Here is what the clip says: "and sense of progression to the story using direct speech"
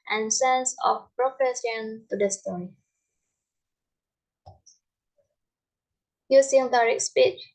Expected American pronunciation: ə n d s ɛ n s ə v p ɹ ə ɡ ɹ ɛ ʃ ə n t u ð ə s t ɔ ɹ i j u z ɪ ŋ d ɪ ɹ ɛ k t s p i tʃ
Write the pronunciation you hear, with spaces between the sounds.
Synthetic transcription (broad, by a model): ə n s ɛ n s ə f p ɹ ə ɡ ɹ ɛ s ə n t u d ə s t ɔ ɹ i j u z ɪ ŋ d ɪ ɹ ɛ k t s p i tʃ